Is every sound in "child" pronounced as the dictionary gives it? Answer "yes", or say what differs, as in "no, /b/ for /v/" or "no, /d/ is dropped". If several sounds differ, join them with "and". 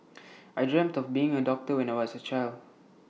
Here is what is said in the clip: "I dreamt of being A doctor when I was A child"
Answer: yes